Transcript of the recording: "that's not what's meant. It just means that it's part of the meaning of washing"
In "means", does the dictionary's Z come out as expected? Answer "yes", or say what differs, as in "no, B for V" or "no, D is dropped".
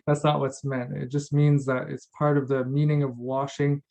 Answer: yes